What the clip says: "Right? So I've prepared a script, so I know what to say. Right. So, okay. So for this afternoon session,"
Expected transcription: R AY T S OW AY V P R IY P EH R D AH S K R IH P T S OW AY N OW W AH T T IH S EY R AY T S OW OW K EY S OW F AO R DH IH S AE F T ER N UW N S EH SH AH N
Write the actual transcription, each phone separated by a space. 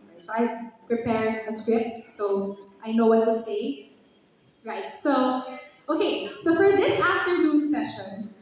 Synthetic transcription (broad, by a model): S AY P R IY P EH R AH S K R IH P T S OW AY N OW W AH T T IH S EY R AY T S OW OW K EY S OW F AO R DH IH S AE F T ER N UW N S EH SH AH N